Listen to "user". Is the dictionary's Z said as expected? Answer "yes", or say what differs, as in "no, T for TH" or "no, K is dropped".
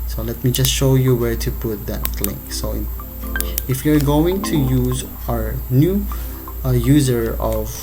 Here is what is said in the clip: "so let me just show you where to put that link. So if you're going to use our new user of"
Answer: yes